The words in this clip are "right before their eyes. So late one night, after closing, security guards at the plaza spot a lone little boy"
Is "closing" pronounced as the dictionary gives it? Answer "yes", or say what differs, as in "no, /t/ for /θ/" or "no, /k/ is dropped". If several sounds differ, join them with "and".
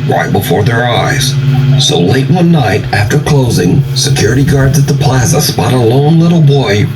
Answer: yes